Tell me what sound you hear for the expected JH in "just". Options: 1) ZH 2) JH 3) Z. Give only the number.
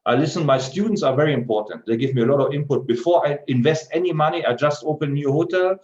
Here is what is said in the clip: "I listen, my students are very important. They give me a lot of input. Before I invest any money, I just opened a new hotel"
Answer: 2